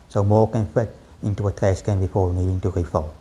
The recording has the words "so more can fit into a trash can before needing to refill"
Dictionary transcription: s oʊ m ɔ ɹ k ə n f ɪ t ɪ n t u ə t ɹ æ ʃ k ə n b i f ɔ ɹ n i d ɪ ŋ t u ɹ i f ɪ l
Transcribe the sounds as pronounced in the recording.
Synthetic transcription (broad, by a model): s oʊ m ɔ k ə n f ɪ t ɪ n t u ə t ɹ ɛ s k ə n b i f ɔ l n i d ɪ ŋ t u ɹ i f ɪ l